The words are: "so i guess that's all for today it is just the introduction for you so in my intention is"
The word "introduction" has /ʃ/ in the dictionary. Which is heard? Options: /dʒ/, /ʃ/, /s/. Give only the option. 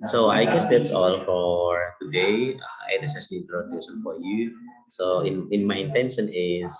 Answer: /s/